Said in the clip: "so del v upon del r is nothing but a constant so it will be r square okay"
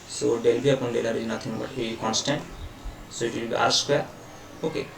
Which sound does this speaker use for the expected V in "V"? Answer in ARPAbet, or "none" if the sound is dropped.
B